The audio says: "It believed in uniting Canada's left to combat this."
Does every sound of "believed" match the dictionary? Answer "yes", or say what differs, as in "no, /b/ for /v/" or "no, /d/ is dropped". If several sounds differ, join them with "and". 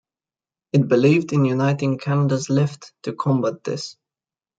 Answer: yes